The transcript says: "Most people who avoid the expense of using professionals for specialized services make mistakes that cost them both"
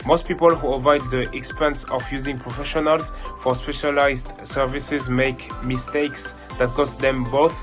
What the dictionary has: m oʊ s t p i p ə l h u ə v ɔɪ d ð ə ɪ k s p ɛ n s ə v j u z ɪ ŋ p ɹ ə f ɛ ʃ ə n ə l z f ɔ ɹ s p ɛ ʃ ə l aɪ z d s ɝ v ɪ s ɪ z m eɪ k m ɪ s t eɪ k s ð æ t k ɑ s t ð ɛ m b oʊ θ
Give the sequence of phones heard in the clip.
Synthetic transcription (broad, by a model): m oʊ s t p i p ə l h u ə v ɔɪ d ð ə ɪ k s p ɛ n s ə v j u z ɪ ŋ p ɹ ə f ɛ ʃ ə n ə l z f ɔ ɹ s p ɛ ʃ ə l aɪ z d s ɝ v ɪ s ɪ z m eɪ k m ɪ s t eɪ k s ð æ t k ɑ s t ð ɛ m b oʊ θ